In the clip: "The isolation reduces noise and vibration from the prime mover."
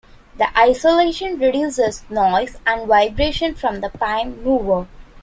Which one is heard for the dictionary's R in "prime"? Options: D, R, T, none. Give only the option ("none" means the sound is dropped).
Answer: none